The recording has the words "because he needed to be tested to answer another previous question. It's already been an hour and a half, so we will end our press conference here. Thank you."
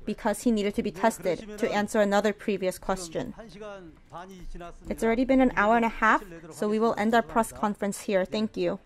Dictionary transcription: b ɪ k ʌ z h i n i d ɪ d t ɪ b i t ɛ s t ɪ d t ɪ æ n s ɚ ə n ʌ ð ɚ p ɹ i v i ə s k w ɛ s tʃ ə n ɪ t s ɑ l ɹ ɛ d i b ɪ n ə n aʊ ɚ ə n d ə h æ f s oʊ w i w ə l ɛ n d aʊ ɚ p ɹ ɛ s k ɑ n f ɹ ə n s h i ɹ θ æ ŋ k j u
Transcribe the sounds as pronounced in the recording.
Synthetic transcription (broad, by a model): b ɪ k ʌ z h i n i d ɪ d t ɪ b i t ɛ s t ɪ d t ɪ æ n s ɚ ə n ʌ ð ɚ p ɹ i v i ə s k w ɛ s tʃ ə n ɪ t s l ɹ ɛ d i b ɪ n ə n aʊ ɚ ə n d ə h æ f s oʊ w i w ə l ɛ n d aʊ ɚ p ɹ ɛ s k ɑ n f ɹ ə n s h i ɹ θ æ ŋ k j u